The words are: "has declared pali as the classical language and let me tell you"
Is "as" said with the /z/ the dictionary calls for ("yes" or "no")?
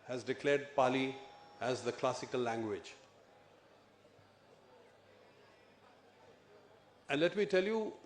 yes